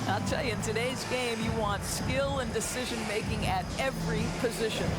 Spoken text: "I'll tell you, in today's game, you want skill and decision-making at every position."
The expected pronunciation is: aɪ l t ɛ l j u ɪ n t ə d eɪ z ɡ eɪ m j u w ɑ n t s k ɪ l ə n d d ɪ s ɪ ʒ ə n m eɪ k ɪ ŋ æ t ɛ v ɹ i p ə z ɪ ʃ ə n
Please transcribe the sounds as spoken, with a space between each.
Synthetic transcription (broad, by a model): aɪ l t ɛ l j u ɪ n t ə d eɪ z ɡ eɪ m j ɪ w ɑ n t s k ɪ l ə n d d ɪ s ɪ ʒ ə n m eɪ k ɪ ŋ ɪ t ɛ v ɹ i p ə z ɪ ʃ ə n